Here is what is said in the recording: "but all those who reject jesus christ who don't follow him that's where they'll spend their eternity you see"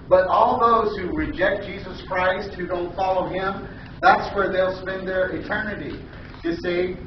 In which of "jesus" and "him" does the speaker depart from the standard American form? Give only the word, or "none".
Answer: none